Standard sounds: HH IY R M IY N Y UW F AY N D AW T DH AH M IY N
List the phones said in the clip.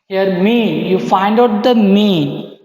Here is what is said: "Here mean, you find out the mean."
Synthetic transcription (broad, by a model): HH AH R M IY N Y UW F AY N D AW T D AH M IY N